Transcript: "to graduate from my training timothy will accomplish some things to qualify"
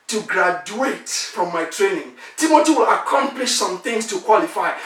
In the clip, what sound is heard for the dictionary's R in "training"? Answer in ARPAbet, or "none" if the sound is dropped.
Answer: R